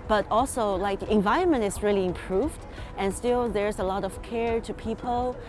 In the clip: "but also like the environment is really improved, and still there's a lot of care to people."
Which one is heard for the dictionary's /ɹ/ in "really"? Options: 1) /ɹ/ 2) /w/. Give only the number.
1